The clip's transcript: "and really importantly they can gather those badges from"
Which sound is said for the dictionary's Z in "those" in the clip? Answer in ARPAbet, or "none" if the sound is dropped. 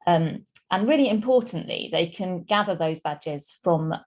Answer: Z